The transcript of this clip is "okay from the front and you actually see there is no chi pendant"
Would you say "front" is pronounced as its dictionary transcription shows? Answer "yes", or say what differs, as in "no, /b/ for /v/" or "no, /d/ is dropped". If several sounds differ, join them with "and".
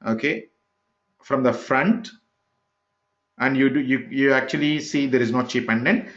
yes